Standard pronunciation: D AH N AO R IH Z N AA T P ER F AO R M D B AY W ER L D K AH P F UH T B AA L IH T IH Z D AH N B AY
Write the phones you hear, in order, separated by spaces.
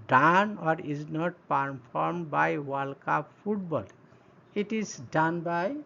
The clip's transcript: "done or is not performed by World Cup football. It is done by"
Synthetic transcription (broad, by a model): D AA N AO R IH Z N AA T P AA P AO R M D B AY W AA L K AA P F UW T B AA L IH T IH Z D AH N B AY